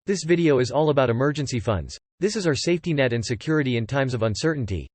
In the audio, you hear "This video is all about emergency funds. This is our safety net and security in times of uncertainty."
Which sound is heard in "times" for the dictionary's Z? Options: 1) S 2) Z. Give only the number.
2